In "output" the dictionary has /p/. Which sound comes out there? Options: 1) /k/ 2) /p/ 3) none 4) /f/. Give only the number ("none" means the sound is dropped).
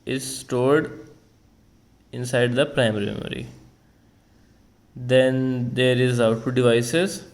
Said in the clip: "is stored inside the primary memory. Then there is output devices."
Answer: 3